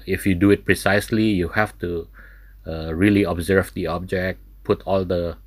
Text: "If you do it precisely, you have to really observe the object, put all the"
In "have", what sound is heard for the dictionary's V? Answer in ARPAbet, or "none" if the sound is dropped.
F